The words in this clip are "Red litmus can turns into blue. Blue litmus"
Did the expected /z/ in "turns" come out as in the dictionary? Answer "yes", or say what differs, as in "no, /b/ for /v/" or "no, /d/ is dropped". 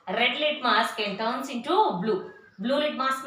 no, /s/ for /z/